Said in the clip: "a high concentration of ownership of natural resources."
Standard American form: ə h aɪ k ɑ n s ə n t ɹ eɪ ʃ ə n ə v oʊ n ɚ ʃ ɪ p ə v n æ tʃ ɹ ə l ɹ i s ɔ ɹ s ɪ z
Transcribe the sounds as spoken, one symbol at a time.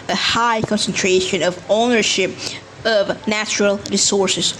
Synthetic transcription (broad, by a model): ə h aɪ k ɑ n s ə n t ɹ eɪ ʃ ə n ə v oʊ n ɚ ʃ ɪ p ə v n æ tʃ ɹ ə l ɹ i s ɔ ɹ s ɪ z